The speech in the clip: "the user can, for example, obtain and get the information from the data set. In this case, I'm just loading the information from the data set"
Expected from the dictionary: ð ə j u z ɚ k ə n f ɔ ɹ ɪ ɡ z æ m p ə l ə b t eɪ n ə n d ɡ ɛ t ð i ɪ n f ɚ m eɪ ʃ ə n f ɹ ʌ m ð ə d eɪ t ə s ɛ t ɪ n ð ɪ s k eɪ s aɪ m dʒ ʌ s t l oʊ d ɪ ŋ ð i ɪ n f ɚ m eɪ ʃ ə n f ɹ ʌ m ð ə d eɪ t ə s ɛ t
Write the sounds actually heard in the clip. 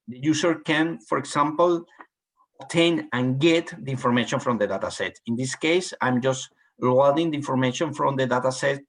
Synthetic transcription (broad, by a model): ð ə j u s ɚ k ə n f ɔ ɹ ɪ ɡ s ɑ m p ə l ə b t eɪ n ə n ɡ ɛ t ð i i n f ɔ m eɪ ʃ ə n f ɹ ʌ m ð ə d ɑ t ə s ɛ t ɪ n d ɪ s k eɪ s aɪ m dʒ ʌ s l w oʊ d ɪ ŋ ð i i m f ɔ m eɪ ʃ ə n f ɹ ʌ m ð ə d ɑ t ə s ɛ t